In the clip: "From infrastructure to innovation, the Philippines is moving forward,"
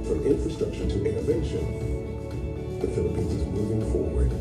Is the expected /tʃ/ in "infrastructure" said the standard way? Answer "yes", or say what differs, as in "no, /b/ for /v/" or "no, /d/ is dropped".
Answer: no, /ʃ/ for /tʃ/